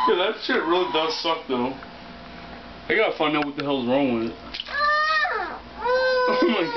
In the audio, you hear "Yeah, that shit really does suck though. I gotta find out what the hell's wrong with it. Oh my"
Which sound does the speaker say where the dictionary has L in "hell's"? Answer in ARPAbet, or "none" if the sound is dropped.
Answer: L